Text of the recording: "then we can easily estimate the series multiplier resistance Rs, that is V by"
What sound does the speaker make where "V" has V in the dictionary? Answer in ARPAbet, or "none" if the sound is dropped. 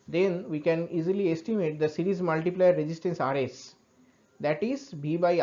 B